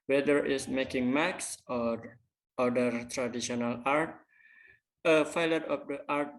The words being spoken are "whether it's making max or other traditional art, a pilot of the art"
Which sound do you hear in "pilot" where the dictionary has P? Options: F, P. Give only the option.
F